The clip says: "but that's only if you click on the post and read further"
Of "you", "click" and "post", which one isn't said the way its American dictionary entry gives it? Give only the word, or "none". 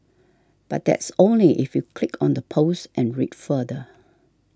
none